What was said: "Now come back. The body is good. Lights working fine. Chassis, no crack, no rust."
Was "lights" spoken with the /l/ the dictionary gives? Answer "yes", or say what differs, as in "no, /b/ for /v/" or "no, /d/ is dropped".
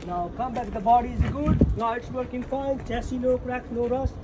no, /n/ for /l/